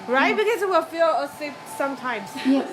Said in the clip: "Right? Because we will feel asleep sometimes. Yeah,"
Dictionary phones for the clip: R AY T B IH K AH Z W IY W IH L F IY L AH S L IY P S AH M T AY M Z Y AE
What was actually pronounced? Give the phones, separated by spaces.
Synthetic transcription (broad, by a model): R AY T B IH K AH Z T W IH L F IY L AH S IY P S AH M T AY M Z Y